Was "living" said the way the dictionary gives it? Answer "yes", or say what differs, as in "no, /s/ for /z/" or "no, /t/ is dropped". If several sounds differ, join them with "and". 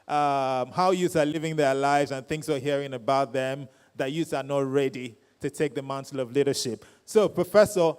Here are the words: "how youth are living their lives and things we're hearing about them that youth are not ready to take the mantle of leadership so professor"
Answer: yes